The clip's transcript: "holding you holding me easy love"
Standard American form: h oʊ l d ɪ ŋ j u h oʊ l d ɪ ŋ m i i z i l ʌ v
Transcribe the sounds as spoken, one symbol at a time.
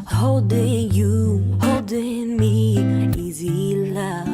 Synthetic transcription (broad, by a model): h oʊ l d ɪ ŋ j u h oʊ l d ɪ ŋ m i i z i l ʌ